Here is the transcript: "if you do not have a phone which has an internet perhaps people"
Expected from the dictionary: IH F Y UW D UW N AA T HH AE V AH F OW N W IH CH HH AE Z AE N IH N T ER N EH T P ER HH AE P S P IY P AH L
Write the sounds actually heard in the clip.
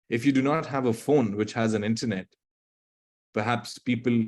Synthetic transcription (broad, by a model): IH F Y UW D UW N AA T HH AE V AH F OW N W IH CH HH AE Z AE N IH N T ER N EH T P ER HH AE P S P IY P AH L